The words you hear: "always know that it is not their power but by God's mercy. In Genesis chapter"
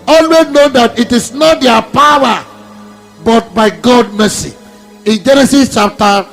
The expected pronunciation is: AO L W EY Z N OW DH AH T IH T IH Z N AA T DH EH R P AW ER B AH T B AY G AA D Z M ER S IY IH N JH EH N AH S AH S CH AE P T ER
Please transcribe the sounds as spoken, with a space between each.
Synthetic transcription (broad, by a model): AO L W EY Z N OW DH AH T IH T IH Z N AA T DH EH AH P AW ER B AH T B AY G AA D M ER S IY IH N JH EH N AH S AH S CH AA P T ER